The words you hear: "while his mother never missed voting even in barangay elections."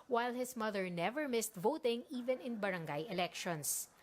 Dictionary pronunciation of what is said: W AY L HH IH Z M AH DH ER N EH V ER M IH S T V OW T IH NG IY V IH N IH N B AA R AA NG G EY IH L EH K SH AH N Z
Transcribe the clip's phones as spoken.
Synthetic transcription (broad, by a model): W AY L HH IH S M AH DH ER N EH V ER M IH S T V OW T IH NG IY V IH N IH N B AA R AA NG G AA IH L EH K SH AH N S